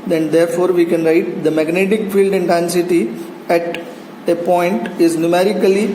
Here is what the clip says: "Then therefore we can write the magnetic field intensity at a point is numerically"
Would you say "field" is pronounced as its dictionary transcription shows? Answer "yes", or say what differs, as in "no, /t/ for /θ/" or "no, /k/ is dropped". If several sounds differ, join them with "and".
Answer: yes